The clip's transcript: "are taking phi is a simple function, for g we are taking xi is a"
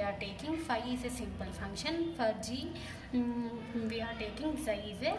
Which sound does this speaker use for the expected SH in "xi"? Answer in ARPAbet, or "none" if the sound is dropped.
S